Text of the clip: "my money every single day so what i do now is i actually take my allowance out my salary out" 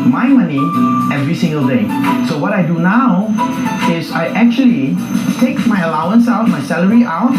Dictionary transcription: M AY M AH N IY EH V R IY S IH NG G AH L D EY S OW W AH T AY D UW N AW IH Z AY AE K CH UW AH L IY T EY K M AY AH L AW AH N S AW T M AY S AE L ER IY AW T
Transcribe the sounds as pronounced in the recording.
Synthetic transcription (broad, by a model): M AY M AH N IY EH V R IY S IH NG G AH L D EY S OW W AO T AY D UW N AW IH S AY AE K CH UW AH L IY T EY K M AY AH L AW AH N S AW T M AY S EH L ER IY AW T